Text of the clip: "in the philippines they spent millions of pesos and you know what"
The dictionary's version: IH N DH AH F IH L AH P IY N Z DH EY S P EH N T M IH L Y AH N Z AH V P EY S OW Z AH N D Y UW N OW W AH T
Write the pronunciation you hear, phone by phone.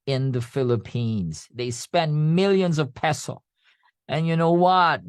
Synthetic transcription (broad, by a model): IH N DH AH F IH L AH P IY N Z DH EY S P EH N M IH L Y AH N Z AH V P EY S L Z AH N Y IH N OW W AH T